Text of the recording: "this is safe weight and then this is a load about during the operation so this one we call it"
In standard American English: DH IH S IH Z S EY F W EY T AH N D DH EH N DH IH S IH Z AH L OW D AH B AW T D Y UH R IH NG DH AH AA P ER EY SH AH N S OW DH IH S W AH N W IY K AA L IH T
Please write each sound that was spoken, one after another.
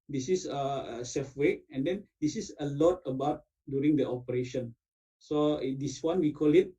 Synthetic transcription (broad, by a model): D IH S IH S S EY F W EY AH N D EH N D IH S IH S AH L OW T AH B AW T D Y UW R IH NG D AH AA P ER EY SH AH N S OW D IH S W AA N W IY K AA L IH T